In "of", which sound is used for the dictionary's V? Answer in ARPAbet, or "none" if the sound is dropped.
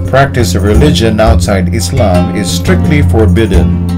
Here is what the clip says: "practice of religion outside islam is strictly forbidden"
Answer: V